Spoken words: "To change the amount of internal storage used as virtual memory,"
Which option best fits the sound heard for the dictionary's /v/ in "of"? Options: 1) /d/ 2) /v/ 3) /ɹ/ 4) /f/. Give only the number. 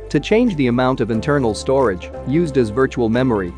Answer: 2